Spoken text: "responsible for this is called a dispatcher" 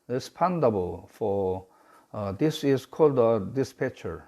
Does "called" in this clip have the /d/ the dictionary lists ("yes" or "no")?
yes